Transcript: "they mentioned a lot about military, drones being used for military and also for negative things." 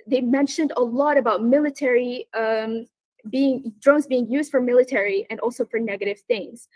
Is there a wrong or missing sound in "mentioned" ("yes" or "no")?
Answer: no